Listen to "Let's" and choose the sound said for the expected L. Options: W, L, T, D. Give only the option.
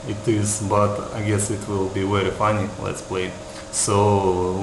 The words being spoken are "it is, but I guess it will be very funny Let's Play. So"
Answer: L